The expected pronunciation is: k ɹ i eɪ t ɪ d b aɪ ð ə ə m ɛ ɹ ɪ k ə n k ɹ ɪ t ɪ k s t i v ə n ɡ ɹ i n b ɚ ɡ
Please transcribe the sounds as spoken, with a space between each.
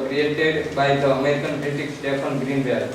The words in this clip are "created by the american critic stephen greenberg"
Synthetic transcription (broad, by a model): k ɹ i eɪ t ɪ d b aɪ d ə ə m ɛ ɹ ɪ k ə n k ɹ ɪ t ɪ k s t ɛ p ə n ɡ ɹ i n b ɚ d